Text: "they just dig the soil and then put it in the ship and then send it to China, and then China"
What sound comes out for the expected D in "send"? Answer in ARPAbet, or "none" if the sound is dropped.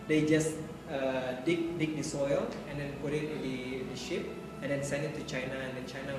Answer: none